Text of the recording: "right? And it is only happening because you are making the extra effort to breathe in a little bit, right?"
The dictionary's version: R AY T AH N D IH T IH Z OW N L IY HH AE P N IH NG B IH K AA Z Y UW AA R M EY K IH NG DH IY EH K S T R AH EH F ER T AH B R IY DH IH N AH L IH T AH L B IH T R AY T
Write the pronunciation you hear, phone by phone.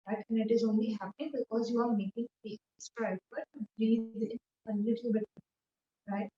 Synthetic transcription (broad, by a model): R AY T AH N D IH T IH Z OW N L IY HH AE P IH B IH K AA Z Y UW AA R M EY K IH NG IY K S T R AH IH P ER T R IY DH IH N AH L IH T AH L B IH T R AY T